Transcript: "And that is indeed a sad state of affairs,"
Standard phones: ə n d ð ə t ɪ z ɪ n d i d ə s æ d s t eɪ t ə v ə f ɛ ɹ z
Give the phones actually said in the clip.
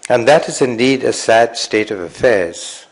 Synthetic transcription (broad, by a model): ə n ð ə t ɪ z ɪ n d i d ə s æ d s t eɪ t ə v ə f ɛ ɹ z